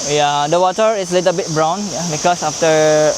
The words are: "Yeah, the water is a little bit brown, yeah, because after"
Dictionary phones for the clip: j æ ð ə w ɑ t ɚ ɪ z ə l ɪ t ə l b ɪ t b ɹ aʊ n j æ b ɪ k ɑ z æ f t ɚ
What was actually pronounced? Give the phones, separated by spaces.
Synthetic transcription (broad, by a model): j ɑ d ə w ɑ t ɚ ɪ s ə l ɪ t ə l b ɪ t b ɹ aʊ n j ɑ b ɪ k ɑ s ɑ f t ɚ